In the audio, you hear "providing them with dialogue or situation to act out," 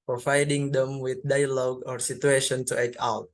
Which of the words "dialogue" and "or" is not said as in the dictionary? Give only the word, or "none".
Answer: none